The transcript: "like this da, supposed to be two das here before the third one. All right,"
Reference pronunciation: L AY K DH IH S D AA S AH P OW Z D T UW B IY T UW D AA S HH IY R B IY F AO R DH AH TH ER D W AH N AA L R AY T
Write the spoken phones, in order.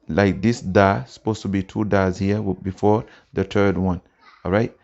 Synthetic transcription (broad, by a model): L AY K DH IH S D AA S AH P OW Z T UW B IY T UW D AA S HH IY W B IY F AO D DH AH T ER D W AH N AA L R AY T